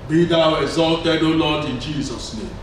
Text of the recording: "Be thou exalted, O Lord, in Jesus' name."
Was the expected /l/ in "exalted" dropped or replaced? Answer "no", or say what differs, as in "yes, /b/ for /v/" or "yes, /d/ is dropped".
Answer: no